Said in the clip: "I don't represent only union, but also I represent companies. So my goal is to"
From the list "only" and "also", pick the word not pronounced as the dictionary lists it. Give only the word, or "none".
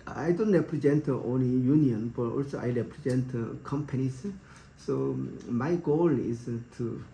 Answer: none